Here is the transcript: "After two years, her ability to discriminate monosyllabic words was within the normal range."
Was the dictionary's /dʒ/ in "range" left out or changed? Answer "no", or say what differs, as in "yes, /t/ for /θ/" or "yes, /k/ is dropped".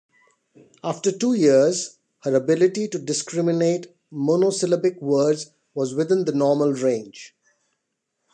no